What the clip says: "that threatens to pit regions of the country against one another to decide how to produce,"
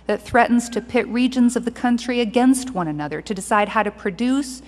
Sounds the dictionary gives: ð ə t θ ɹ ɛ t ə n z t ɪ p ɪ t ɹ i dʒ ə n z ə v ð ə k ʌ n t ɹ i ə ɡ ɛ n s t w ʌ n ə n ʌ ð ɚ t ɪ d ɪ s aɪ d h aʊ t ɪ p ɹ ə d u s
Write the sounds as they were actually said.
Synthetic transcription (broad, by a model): ð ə t θ ɹ ɛ t n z t ɪ p ɪ t ɹ i dʒ ə n z ə v ð ə k ʌ n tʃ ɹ i ə ɡ ɛ n s t w ʌ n ə n ʌ ð ɚ t ɪ d ɪ s aɪ d h aʊ t ɪ p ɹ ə d u s